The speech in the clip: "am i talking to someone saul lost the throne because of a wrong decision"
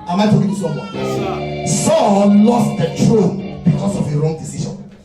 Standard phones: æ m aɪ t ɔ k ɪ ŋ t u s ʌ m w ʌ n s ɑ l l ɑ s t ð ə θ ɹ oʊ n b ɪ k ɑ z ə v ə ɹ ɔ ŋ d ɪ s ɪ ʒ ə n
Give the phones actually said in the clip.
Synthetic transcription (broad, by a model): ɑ m aɪ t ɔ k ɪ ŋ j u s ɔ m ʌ s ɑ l l ɑ s t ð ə t ɹ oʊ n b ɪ k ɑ s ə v ə ɹ ɔ ŋ d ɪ s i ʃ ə n